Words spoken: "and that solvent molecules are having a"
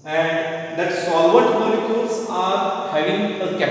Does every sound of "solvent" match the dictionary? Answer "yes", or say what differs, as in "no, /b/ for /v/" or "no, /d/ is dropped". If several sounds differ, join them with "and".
no, /n/ is dropped